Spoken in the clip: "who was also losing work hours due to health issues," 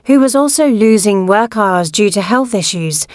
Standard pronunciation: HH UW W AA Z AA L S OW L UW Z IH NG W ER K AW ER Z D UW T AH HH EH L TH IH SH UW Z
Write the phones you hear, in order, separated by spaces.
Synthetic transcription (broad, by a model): HH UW W AA Z AA L S OW L UW Z IH NG W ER K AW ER Z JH UW T AH HH EH L TH IH SH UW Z